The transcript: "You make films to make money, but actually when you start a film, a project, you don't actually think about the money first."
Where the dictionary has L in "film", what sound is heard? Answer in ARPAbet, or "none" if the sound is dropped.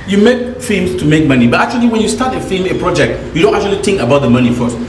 none